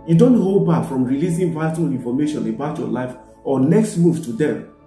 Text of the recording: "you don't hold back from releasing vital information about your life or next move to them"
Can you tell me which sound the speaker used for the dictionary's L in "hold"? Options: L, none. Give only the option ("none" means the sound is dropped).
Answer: L